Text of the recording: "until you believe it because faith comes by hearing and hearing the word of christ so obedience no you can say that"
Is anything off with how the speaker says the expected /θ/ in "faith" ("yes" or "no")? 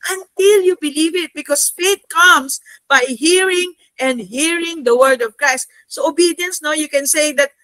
yes